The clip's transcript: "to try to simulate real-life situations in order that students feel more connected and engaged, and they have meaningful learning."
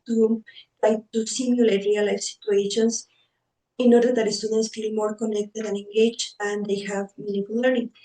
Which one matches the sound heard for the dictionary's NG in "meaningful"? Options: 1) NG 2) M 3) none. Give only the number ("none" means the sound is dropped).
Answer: 3